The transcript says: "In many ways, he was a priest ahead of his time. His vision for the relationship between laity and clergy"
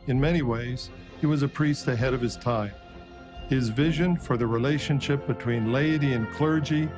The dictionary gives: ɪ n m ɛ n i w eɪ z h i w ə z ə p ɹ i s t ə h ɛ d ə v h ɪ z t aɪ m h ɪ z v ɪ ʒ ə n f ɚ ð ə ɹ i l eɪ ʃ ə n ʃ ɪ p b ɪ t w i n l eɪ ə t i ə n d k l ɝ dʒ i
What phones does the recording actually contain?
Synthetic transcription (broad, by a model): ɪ n m ɛ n i w eɪ z h i w ə z ə p ɹ i s t ə h ɛ d ə v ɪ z t aɪ m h ɪ z v ɪ ʒ ə n f ɚ ð ə ɹ i l eɪ ʃ ə n ʃ ɪ p b ɪ t w i n l eɪ ə t i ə n k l ɝ dʒ i